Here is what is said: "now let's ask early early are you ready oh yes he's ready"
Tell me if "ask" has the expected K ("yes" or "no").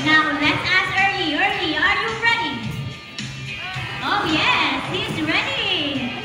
no